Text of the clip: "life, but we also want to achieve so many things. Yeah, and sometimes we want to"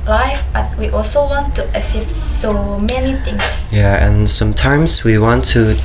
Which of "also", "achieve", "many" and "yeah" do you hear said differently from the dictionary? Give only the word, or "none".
achieve